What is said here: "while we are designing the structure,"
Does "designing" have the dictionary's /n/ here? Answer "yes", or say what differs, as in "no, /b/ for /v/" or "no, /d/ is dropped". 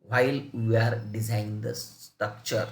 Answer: no, /n/ is dropped